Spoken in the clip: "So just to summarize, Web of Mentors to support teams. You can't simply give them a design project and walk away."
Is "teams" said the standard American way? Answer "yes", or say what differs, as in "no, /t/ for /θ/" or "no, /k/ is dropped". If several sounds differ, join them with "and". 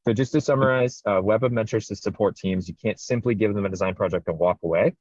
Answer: yes